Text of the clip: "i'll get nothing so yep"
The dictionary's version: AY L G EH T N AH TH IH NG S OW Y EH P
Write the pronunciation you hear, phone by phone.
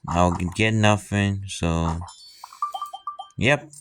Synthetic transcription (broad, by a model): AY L G EH T N AH F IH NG S OW Y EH P